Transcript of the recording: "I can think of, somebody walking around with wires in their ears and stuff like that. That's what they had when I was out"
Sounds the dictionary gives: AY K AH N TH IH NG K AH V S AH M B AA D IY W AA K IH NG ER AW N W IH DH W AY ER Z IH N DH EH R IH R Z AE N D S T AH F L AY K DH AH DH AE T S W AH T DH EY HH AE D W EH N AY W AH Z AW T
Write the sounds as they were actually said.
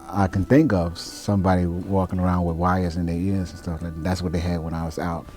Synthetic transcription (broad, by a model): AY K AH N TH IH NG K AH V S AH M B AA D IY W AA K IH NG ER AW N W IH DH W AY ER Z IH N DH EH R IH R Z N S T AH F L AY K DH DH AE T S W AH T DH EY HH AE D W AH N AY W AH Z AW T